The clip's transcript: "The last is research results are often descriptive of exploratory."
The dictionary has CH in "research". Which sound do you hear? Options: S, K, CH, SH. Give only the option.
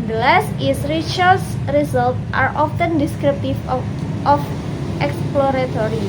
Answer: S